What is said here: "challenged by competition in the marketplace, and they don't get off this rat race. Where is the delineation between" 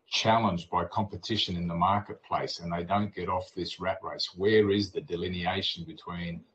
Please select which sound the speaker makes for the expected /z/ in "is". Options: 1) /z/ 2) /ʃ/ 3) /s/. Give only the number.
1